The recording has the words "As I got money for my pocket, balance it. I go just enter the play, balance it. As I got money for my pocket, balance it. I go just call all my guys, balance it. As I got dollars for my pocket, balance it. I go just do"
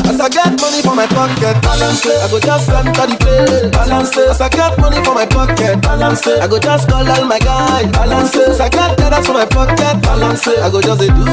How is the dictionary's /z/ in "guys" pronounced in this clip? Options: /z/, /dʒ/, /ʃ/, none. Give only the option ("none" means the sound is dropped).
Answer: none